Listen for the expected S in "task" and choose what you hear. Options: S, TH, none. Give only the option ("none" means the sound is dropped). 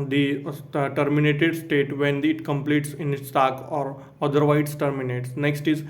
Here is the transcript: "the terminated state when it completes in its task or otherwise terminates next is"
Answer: none